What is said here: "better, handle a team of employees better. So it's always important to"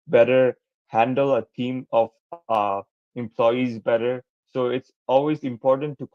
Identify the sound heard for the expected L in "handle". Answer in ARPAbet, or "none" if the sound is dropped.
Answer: L